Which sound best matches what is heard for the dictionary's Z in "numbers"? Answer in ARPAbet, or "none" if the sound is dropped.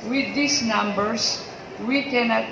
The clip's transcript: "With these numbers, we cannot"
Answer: S